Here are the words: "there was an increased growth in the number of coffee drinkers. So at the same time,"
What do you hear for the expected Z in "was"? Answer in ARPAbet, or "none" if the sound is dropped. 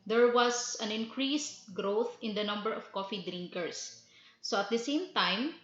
S